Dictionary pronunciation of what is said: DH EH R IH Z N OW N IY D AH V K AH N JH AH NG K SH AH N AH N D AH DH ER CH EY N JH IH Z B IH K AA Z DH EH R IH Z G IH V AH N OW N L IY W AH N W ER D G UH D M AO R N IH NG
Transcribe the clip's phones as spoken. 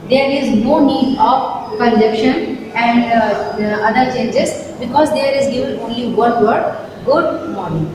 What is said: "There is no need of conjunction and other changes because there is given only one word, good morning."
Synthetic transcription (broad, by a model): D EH R IH Z N OW N IY D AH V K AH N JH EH K SH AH N AH N D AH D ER CH EY N JH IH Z B IH K AA Z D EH R IH Z G IH V AH N OW N L IY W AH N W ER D G UH D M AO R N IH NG